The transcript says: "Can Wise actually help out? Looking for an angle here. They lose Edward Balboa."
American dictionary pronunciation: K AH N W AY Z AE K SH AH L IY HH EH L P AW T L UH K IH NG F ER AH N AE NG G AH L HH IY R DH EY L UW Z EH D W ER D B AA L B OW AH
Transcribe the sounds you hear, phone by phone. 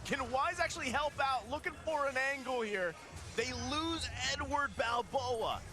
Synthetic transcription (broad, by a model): K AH N W AY Z AE K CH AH L IY HH EH L P AW T L UH K IH NG F ER AH N AE NG G L HH IY R DH EY L UW Z EH D W ER D B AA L B OW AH